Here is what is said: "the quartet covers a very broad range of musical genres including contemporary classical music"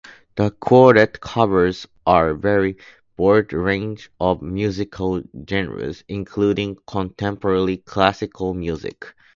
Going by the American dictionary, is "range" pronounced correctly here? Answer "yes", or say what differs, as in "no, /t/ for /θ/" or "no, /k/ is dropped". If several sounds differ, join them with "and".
yes